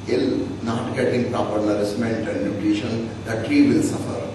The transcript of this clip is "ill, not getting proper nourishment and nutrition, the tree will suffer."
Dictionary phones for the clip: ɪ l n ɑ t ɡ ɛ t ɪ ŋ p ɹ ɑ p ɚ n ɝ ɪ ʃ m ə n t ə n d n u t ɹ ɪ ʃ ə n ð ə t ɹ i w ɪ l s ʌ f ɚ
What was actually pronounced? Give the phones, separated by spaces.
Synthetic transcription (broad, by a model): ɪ l n ɑ t ɡ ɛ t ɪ ŋ p ɹ ɑ p ɚ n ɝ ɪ s m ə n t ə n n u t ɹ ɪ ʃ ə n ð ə t ɹ i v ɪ l s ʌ f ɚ